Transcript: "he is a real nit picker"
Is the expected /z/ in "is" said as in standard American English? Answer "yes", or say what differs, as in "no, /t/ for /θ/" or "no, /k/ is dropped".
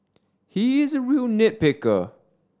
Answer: yes